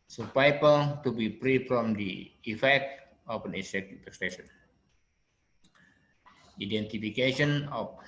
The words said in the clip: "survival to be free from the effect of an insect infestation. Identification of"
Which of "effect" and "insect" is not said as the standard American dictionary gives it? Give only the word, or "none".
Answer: insect